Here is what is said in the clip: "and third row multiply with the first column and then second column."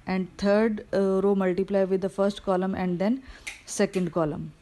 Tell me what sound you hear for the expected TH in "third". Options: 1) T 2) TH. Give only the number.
1